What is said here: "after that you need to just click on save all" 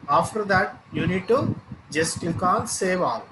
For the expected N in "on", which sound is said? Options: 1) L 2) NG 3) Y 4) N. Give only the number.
1